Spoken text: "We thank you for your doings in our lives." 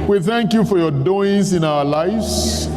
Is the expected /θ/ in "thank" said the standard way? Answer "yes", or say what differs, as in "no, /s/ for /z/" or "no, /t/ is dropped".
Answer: yes